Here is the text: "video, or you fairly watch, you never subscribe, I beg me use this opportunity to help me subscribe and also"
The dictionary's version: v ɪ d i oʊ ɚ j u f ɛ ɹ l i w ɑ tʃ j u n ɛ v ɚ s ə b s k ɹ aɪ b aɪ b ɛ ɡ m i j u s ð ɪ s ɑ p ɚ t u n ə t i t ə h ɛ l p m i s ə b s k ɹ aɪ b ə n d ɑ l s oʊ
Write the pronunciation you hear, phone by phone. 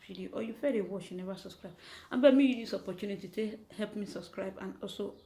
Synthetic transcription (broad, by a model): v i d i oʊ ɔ j u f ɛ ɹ i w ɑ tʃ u n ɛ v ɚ s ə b s k ɹ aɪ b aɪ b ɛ m i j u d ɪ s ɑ p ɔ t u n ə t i t ə h ɛ l p m i s ə b s k ɹ aɪ b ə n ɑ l s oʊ